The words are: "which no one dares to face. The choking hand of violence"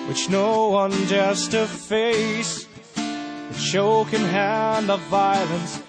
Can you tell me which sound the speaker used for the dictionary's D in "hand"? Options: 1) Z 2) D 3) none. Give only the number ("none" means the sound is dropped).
2